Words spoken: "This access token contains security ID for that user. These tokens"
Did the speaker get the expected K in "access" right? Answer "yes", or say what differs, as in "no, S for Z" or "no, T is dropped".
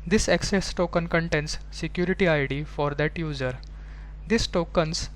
yes